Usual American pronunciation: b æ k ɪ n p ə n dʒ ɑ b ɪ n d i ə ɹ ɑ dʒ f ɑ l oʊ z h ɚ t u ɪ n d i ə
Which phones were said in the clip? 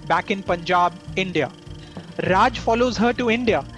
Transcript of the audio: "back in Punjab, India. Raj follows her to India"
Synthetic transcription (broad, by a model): b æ k ɪ n p ə n dʒ ɑ b ɪ n d i ə ɹ ɑ dʒ f ɑ l oʊ z h ɚ t u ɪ n d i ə